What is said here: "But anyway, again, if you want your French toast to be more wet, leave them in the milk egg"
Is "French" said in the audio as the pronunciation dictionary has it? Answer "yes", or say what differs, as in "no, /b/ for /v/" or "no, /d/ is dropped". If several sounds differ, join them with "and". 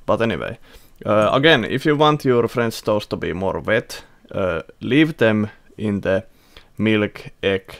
no, /s/ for /tʃ/